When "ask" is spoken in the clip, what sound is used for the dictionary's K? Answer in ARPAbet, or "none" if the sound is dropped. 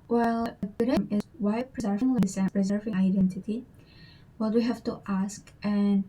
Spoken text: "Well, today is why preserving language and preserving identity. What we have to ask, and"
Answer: K